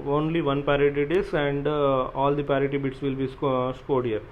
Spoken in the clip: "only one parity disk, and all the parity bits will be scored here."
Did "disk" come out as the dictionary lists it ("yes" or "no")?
no